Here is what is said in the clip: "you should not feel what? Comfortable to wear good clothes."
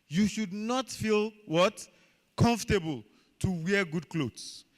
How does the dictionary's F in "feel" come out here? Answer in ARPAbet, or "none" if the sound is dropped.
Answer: F